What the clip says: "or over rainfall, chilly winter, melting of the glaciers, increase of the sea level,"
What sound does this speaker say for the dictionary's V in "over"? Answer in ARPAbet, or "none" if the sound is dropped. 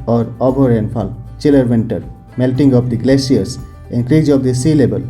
B